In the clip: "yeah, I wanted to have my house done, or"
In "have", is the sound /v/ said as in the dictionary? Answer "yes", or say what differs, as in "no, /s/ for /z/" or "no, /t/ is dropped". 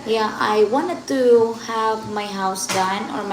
yes